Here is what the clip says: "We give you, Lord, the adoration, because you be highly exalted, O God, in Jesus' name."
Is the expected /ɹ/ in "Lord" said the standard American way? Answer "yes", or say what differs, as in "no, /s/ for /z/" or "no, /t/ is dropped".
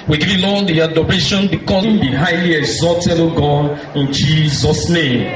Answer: no, /l/ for /ɹ/